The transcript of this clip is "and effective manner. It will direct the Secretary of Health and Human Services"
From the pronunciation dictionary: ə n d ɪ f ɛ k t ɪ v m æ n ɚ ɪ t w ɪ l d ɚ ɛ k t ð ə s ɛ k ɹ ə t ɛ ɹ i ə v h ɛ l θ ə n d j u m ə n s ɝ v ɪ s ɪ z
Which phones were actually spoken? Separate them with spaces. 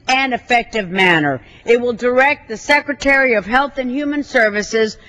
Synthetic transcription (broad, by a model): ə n ɪ f ɛ k t ɪ v m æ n ɚ ɪ t w ɪ l d ɚ ɛ k t ð ə s ɛ k ɹ ə t ɛ ɹ i ə v h ɛ l θ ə n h j u m ə n s ɝ v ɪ s ɪ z